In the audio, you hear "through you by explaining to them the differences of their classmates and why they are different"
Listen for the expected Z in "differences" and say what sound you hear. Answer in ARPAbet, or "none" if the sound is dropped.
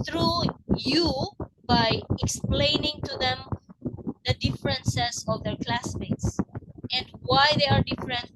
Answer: S